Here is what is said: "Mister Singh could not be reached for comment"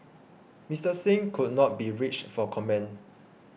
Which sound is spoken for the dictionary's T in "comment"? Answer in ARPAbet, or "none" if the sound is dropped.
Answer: none